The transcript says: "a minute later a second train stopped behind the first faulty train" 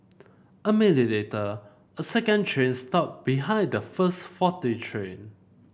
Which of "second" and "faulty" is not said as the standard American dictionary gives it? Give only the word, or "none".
faulty